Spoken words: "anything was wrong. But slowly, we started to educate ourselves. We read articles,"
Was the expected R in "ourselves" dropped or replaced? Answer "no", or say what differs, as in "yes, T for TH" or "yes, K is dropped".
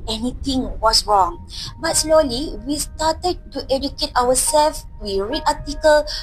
yes, W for R